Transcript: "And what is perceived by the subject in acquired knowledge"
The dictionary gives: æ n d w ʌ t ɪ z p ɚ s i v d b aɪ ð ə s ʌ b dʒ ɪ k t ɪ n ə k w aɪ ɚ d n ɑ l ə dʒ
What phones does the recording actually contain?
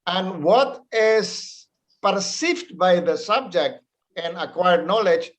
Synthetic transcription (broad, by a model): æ n d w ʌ t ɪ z p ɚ s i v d b aɪ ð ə s ʌ b dʒ ɪ k t ɪ n ə k w aɪ ɚ d n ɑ l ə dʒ